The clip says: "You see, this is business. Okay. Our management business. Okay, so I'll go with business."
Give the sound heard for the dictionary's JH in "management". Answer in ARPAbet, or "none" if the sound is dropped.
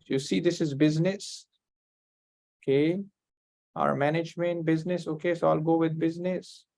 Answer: JH